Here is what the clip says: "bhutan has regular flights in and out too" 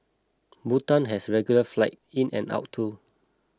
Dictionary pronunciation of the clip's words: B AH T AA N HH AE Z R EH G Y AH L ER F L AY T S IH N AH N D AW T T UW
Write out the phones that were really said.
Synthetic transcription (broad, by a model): B AH T AA N HH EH S R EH G Y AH L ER F L AY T IH N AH N AW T T UW